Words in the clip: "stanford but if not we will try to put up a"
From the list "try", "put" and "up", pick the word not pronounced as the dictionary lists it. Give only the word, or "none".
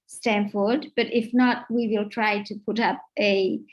none